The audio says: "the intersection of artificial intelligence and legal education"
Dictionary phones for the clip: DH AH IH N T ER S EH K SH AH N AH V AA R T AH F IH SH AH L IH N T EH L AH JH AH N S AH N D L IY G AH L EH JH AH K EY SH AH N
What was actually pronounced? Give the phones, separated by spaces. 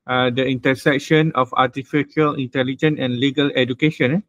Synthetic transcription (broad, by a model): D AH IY N T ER S EH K SH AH N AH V AA T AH F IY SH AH L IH N T EH L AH JH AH N AH N L IY G AH L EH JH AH K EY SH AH N